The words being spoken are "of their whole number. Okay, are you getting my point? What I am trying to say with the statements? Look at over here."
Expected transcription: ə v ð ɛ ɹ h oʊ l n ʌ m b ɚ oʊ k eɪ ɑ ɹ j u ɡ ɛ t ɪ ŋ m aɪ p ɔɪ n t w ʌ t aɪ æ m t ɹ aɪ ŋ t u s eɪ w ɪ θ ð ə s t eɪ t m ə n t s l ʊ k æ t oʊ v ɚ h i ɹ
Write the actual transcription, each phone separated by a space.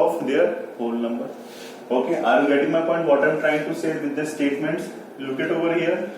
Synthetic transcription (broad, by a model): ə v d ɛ ɹ h oʊ l n ʌ m b ɚ oʊ k eɪ ɑ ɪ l ɡ ɛ t ɪ ŋ m aɪ p ɔɪ n t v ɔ t aɪ m t ɹ aɪ ŋ t u s eɪ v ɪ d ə s t eɪ t m ə n t s l ʊ k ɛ t oʊ v ɚ h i ɹ